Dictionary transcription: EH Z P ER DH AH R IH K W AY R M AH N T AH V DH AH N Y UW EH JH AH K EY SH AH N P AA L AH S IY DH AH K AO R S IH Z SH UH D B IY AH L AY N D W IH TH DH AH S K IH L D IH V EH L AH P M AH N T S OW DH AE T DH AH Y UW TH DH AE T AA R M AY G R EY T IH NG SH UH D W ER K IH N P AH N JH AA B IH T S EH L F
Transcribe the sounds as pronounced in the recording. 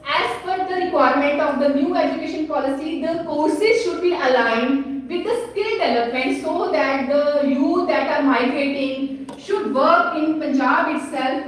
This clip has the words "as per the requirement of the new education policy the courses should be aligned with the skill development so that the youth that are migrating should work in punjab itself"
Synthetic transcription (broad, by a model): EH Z F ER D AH R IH K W AY R M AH N T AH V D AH N Y UW EH JH AH K EY SH AH N P AA L AH S IY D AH K AO R S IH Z SH UH D B IY AH L AY N D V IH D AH S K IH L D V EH L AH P M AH N T S OW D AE T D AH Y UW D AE T AA R M AY G R EY T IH NG SH UH D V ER K IH N P AH N JH AA B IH T S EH L F